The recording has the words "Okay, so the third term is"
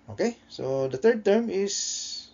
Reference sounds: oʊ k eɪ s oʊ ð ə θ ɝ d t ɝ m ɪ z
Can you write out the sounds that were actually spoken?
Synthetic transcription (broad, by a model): oʊ k eɪ s oʊ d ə t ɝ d t ɝ m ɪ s